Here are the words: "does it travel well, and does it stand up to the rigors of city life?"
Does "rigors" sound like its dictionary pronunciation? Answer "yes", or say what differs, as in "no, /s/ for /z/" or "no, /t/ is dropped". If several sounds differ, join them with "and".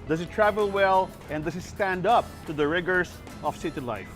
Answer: no, /s/ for /z/